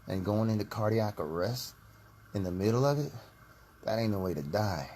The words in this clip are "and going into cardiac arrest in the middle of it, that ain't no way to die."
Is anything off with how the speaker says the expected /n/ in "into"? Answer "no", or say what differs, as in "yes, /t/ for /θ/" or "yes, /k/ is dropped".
no